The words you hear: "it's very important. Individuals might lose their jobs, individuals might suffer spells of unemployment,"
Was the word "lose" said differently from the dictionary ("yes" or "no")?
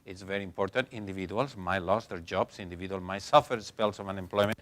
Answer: yes